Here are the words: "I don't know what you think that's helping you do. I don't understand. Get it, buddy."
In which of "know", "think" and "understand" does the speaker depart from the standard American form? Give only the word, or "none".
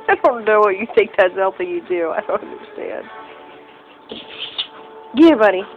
think